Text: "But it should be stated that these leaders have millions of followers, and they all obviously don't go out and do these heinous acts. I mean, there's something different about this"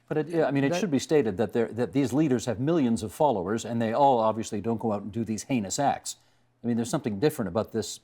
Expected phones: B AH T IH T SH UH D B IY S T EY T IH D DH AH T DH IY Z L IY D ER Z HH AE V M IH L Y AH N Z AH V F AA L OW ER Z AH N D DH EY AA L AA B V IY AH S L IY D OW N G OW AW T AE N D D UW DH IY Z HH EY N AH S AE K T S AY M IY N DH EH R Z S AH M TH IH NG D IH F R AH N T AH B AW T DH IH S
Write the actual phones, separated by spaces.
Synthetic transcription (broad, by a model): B AH T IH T SH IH D B IY S T EY T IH D DH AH T DH IY Z L IY D ER Z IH V M IH L Y AH N Z AH V F AA L OW ER Z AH N DH EY AA L AA B V IY AH S L IY D OW N G OW AW T N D D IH DH IY Z HH EY N AH S AE K T S AY M IY N DH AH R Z S AH M TH IH NG D IH F R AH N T AH B AW T DH IH S